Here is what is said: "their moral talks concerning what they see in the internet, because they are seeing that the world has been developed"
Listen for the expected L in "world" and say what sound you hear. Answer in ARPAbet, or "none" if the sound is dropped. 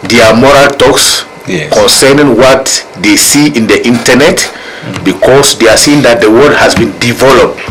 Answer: none